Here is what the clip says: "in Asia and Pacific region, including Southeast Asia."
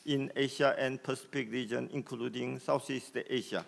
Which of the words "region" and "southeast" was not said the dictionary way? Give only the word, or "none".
southeast